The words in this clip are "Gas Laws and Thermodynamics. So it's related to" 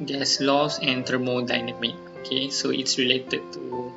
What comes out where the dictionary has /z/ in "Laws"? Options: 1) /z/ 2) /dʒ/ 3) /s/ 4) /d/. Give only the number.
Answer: 3